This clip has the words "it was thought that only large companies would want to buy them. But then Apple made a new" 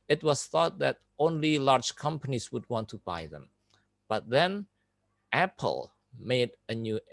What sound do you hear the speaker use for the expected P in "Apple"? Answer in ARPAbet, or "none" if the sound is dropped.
P